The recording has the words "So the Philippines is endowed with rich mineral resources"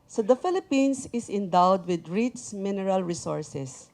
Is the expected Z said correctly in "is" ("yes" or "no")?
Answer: no